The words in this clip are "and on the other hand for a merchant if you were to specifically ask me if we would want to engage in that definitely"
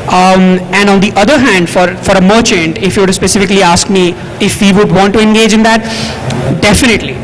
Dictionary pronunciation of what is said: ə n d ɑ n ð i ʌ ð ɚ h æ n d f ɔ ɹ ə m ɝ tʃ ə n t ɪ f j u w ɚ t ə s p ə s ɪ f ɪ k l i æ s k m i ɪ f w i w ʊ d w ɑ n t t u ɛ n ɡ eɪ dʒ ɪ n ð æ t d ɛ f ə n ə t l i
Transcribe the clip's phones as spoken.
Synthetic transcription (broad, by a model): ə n d ɑ n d i ʌ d ɚ h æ n d f ɔ ɹ ə m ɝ tʃ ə n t ɪ f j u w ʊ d s p ə s ɪ f ɪ k l i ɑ s k m i ɪ f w i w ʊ d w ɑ n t t u ɛ n ɡ eɪ dʒ ɪ n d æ t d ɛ f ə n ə t l i